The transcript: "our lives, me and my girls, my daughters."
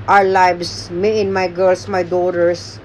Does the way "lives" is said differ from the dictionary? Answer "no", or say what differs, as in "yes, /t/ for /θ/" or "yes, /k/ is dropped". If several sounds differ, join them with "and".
yes, /s/ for /z/